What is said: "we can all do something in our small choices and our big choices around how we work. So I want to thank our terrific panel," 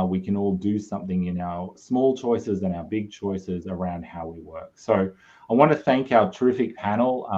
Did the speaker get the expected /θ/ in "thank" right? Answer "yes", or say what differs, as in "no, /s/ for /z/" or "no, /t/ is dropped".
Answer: yes